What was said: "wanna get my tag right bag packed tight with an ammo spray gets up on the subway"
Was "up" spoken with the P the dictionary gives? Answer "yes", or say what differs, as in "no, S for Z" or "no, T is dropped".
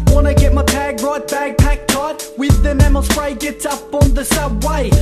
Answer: yes